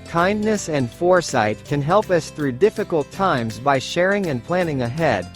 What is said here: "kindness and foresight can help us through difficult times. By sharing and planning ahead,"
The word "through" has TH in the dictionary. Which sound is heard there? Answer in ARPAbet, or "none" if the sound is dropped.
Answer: TH